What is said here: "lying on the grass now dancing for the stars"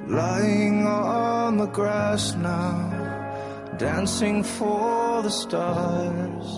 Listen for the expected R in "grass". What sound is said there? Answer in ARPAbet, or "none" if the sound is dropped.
R